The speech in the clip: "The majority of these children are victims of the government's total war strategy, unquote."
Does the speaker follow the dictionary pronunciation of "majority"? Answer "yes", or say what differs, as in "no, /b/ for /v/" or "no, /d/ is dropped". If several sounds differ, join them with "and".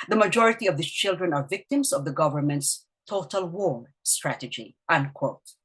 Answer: yes